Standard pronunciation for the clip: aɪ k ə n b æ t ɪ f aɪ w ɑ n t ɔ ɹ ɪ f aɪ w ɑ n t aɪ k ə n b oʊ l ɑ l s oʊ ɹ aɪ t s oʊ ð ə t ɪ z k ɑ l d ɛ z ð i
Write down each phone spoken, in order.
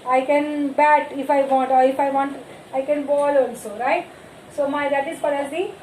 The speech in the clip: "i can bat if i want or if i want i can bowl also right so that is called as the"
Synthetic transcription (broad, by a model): aɪ k ə n b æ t ɪ f aɪ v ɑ n t ɔ ɹ ɪ f aɪ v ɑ n t aɪ k ə n b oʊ l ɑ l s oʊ ɹ aɪ t s oʊ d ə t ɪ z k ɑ d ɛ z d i